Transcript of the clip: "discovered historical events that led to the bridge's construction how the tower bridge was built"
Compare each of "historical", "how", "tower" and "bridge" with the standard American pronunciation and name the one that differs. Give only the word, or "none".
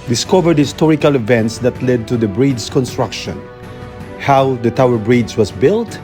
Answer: bridge